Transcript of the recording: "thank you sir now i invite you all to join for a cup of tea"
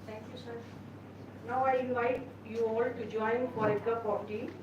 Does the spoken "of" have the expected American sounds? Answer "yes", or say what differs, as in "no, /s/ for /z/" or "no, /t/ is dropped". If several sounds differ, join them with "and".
no, /p/ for /v/